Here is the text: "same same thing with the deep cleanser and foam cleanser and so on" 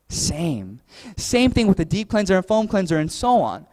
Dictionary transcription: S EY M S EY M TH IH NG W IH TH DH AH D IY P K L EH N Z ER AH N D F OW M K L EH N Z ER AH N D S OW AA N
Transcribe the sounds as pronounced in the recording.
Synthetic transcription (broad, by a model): S EY M S EY M TH IH NG W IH DH AH D IY P K L EH N Z ER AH N F OW M K L EH N Z ER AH N S OW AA N